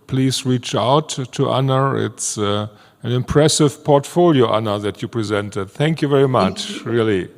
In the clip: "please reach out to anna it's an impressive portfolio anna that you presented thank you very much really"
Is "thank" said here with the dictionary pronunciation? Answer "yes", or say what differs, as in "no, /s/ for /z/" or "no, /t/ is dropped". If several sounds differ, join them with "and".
yes